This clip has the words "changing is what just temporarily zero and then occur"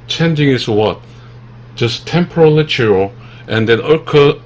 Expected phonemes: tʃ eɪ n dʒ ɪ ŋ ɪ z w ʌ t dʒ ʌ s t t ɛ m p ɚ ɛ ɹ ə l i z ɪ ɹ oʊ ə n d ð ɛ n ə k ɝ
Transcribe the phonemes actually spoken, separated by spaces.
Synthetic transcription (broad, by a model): tʃ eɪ n dʒ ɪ ŋ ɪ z w ʌ t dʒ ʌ s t t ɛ m p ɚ ɹ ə l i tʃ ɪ l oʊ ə n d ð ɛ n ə k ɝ